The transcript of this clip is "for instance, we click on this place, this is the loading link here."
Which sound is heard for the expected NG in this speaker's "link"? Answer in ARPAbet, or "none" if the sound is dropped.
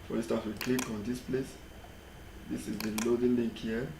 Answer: none